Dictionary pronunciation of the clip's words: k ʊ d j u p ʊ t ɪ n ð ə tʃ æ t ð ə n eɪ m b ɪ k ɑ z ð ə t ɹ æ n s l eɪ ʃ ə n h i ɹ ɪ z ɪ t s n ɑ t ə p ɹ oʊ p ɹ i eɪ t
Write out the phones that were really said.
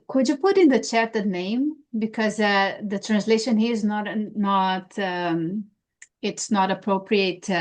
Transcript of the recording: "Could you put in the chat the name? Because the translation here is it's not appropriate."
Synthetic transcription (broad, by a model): k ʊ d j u p ʊ t ɪ n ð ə tʃ æ t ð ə n eɪ m b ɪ k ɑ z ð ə t ɹ æ n s l eɪ ʃ ə n h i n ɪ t ɪ t s n ɑ t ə p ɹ oʊ p ɹ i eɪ t